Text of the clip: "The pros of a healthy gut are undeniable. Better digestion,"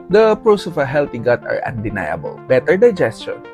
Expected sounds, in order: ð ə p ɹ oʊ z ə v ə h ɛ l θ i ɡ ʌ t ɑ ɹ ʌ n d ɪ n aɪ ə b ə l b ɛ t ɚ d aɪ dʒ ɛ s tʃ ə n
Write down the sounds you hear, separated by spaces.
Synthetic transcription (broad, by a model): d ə p ɹ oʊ s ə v ə h ɛ l t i ɡ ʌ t ɑ ɹ ʌ n d ɪ n aɪ ə b ə l b ɛ t ɚ d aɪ dʒ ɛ s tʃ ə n